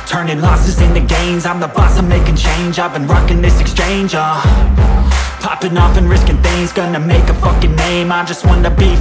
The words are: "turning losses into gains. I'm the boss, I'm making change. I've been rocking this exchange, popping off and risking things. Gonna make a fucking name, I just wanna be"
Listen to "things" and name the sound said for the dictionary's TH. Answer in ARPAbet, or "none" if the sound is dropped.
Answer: TH